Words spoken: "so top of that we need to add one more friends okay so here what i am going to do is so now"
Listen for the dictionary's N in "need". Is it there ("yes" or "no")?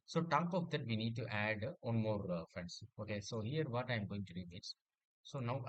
yes